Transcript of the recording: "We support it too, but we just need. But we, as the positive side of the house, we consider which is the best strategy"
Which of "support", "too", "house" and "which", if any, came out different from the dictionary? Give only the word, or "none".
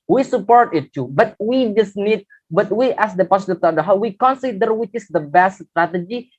house